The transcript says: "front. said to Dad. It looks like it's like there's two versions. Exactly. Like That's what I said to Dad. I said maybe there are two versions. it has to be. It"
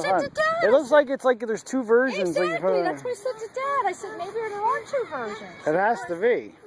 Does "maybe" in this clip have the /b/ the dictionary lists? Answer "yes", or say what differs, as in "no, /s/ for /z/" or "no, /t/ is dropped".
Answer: yes